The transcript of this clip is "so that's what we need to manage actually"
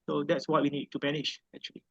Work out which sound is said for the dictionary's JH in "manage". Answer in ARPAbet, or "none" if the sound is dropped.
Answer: SH